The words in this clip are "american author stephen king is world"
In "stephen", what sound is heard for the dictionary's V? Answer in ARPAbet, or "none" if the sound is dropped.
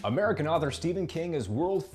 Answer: V